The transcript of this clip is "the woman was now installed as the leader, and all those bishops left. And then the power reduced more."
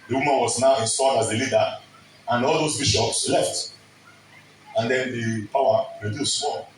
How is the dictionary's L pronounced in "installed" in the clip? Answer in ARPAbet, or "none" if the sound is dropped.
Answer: none